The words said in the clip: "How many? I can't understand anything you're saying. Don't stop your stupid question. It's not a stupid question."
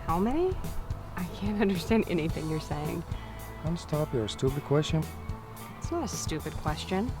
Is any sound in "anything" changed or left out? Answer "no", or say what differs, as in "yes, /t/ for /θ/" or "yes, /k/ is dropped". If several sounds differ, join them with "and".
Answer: no